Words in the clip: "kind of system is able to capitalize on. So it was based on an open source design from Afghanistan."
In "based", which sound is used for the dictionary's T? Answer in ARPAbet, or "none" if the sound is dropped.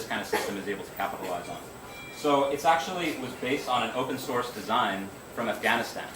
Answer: T